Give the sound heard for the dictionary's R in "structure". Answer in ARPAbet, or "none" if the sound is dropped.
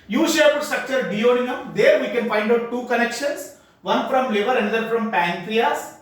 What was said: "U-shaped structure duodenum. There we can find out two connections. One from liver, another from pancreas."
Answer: R